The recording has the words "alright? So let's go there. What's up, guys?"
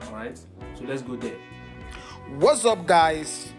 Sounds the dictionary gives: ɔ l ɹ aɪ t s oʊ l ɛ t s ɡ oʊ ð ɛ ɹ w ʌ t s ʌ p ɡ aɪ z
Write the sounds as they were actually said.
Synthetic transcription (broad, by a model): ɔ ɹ aɪ t s oʊ l ɛ t s ɡ oʊ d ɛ w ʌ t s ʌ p ɡ aɪ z